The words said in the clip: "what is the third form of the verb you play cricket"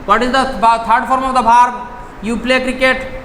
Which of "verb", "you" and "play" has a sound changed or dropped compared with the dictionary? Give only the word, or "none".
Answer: verb